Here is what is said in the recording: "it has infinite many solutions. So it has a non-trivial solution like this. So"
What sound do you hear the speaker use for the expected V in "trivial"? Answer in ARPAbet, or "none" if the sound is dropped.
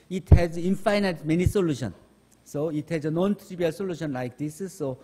B